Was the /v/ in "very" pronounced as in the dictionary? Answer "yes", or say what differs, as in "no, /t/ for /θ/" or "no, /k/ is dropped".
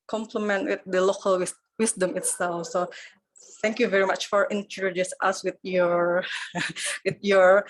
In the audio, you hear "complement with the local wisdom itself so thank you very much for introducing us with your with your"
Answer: yes